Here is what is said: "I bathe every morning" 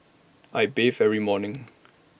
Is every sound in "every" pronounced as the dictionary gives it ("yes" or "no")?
no